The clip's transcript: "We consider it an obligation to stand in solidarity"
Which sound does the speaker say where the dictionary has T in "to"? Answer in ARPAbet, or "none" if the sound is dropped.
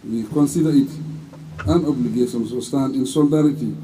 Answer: S